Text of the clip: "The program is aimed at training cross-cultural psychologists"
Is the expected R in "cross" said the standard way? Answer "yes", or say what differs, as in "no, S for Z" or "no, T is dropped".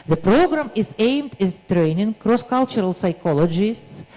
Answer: yes